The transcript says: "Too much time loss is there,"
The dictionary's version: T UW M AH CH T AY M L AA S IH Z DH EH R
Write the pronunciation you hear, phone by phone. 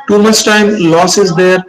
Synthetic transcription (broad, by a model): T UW M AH S T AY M L AA S IH Z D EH R